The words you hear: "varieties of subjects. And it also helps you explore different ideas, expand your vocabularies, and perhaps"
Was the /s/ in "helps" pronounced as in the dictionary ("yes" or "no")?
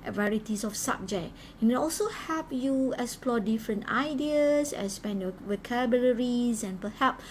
no